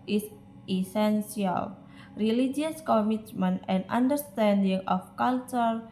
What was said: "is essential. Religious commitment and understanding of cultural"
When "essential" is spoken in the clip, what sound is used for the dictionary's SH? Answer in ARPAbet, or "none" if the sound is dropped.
S